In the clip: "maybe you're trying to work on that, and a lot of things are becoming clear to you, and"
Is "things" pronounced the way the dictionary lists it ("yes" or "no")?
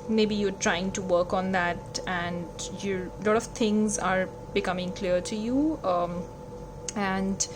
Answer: no